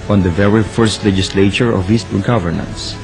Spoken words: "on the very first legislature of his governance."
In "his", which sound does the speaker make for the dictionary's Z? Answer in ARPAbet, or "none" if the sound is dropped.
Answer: S